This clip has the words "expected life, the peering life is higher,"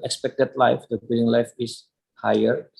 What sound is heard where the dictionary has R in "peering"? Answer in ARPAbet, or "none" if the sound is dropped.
L